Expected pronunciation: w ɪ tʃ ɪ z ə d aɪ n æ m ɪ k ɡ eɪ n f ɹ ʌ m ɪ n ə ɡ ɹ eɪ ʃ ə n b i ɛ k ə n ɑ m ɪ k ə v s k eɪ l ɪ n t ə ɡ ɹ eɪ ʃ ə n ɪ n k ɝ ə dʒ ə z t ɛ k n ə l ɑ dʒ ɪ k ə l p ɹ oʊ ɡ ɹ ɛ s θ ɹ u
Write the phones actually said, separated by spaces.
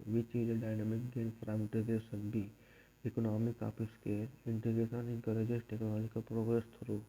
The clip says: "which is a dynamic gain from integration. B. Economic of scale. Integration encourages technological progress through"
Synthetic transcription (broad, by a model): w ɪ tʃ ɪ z ə d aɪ n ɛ m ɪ k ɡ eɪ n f ɹ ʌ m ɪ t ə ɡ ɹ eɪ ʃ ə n b i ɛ k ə n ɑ m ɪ k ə p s k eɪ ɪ n t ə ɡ ɹ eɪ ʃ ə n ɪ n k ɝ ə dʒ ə s t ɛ k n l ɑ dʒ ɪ k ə p ɹ oʊ ɡ ɹ ɛ s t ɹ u